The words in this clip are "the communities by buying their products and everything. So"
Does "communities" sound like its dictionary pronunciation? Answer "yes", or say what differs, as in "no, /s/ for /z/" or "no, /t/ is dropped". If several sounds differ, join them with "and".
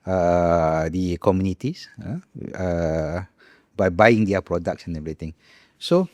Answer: no, /s/ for /z/